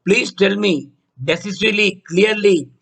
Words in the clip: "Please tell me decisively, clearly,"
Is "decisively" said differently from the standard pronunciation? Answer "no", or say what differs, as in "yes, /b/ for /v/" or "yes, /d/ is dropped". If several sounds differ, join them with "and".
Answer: yes, /v/ is dropped